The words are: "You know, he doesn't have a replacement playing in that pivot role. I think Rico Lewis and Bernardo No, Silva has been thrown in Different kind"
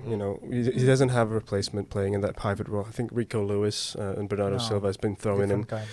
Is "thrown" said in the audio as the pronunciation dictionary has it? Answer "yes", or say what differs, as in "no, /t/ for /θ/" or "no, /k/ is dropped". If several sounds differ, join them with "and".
no, /n/ is dropped